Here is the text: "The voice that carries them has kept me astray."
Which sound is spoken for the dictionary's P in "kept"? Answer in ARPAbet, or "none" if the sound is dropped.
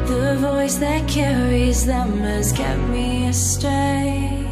none